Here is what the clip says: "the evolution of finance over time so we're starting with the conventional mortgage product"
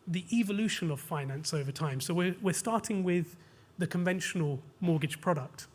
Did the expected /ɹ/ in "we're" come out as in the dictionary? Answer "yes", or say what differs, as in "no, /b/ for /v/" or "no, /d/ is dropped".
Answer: no, /w/ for /ɹ/